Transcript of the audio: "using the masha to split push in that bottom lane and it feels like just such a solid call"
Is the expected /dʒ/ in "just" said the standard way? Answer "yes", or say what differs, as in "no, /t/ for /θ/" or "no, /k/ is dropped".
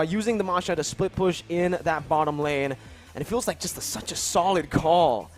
no, /ʒ/ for /dʒ/